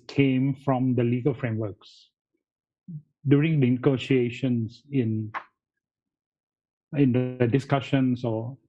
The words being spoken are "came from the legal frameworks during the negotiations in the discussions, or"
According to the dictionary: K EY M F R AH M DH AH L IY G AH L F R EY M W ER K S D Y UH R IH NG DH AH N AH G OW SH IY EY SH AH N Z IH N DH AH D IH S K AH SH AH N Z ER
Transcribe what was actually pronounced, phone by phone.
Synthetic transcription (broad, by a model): K EY M F R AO M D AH L IY G AH L F R EY M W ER K S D Y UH R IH NG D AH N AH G OW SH IY EY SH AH N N IH N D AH D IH S K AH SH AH N S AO